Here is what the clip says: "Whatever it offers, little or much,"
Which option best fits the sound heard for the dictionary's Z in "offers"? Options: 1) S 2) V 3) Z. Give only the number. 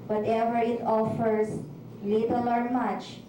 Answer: 1